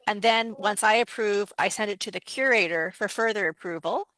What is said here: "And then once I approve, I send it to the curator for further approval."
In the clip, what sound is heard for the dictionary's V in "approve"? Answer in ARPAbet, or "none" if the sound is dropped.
V